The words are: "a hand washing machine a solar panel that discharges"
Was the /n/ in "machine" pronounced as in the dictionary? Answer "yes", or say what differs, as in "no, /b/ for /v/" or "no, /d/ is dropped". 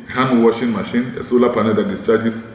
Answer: yes